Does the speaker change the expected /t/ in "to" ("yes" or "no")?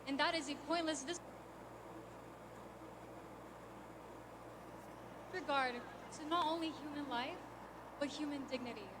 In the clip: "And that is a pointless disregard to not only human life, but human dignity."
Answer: yes